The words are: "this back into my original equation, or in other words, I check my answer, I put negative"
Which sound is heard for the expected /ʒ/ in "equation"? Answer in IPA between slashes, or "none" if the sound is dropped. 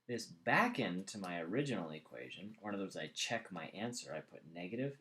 /ʒ/